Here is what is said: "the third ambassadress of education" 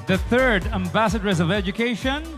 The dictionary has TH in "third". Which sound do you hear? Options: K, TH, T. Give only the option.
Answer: TH